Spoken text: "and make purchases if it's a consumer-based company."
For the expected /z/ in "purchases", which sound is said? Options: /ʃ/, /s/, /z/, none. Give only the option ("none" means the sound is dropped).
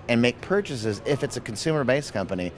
/z/